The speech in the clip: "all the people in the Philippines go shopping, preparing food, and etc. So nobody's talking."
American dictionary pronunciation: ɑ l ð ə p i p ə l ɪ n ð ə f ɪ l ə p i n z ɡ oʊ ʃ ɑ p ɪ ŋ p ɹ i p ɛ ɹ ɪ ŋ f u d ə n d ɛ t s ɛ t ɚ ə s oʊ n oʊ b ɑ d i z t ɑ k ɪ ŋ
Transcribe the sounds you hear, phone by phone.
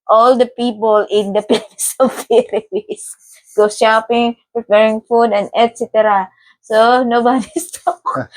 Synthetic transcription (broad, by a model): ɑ l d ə p i p ə l ɪ n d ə p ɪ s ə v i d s ɡ oʊ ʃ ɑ p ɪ ŋ p ɹ i p ɛ ɹ ɪ ŋ f u d ə n d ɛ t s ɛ t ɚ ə s oʊ n oʊ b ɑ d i s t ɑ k